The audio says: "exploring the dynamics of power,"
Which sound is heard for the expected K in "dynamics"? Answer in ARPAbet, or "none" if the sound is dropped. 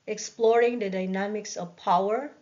K